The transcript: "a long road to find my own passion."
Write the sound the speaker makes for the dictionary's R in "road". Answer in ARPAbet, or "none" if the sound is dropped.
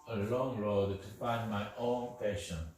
R